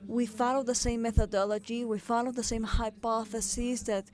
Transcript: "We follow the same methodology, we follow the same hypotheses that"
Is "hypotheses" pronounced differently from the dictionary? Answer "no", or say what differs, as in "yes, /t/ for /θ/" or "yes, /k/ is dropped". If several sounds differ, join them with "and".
no